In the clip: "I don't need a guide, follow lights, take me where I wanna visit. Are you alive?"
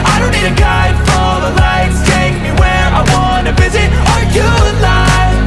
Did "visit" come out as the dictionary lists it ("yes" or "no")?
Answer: yes